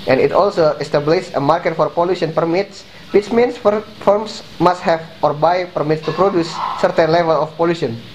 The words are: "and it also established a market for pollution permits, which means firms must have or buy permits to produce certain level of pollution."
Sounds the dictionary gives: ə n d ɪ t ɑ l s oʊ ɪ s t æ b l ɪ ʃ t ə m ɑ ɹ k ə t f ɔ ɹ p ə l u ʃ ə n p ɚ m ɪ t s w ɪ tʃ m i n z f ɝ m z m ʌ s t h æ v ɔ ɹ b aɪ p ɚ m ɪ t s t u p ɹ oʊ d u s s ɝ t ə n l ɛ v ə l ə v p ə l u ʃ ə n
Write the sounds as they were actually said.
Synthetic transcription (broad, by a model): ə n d ɪ t ɑ l s oʊ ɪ s t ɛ b l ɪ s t ə m ɑ ɹ k ə t f ɔ ɹ p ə l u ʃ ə n p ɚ m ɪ t s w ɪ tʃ m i n s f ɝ m s m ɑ s t h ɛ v ɔ ɹ b aɪ p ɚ m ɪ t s t u p ɹ oʊ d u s s ɝ t ə n l ɛ v ə l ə f p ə l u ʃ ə n